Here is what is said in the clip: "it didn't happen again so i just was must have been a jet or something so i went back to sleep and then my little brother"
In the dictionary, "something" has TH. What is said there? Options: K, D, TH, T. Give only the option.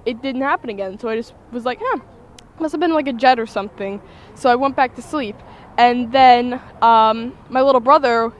TH